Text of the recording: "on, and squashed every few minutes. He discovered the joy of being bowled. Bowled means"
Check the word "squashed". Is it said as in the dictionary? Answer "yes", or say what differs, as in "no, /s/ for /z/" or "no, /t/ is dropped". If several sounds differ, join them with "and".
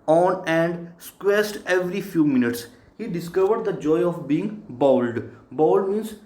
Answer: no, /s/ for /ʃ/